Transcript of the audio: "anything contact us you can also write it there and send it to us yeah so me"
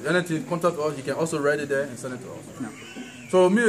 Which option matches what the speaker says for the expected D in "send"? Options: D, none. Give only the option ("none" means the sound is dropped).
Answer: none